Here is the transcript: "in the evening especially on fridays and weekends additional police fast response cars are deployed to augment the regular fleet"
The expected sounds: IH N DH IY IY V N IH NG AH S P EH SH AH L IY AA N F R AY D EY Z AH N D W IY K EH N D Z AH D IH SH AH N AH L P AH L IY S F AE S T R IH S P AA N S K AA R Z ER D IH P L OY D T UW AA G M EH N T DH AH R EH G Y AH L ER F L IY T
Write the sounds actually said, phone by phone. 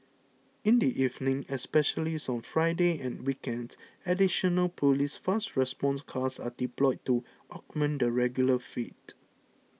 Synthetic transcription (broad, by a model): IH N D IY IY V N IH NG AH S P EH SH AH L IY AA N F R AY D EY AH N W IY K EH N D AH D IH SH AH N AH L P AH L IY S F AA S T R IH S P AA N S K AA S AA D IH P L OY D T UW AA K M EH N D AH R EH G Y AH L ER F IY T